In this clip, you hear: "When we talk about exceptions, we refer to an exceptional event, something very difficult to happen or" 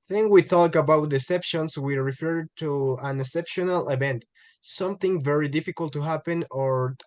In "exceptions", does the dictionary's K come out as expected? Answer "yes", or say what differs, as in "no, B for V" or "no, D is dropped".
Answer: no, K is dropped